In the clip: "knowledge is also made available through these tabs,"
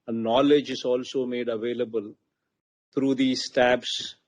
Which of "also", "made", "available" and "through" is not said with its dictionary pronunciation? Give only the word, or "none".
through